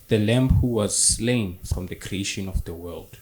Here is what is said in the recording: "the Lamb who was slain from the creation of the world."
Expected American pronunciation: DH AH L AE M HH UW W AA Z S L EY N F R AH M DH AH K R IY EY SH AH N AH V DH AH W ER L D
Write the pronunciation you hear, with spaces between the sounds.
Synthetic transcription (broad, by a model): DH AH L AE M HH UW W AA Z S L EY N F R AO M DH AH K R IY EY SH AH N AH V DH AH W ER L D